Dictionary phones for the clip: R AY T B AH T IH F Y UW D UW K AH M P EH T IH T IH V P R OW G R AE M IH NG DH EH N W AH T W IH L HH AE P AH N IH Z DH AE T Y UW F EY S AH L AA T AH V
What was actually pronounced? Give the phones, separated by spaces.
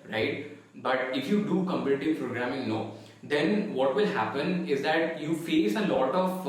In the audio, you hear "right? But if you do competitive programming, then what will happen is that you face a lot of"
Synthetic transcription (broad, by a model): R AY T B AH T IH F Y UW D UW K AH M P EH T IH T IH V P R OW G R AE M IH NG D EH N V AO T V IH L HH AE P AH N IH Z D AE T Y UW F EY S AH L AA T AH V